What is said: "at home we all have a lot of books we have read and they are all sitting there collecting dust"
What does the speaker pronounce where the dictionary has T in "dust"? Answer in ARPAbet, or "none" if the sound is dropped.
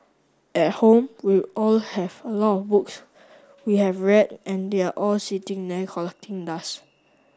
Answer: none